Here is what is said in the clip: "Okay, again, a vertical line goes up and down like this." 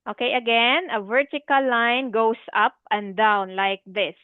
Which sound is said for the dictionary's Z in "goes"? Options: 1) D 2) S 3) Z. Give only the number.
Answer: 2